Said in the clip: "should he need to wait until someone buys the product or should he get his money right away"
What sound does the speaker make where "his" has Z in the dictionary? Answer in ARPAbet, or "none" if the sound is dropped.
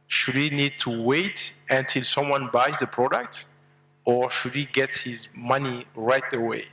Z